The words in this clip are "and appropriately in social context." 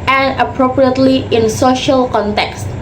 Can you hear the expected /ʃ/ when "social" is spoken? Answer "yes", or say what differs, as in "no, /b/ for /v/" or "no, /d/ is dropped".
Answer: yes